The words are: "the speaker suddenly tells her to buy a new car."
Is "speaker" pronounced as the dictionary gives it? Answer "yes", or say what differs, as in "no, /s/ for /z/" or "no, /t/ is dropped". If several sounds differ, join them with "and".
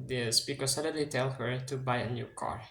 no, /b/ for /p/